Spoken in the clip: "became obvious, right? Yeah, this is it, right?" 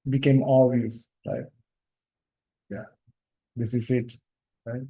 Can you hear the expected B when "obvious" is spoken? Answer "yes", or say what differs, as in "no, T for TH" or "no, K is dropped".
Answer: no, B is dropped